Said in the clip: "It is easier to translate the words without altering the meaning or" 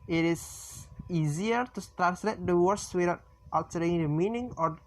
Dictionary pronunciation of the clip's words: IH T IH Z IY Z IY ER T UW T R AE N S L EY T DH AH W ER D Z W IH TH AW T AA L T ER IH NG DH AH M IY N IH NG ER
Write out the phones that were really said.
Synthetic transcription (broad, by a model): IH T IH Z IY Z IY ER T UW T R AE N S L EY T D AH W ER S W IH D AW T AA T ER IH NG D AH M IY N IH NG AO